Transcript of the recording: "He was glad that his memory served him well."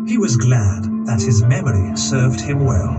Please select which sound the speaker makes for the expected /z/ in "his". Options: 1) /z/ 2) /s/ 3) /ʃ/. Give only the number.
1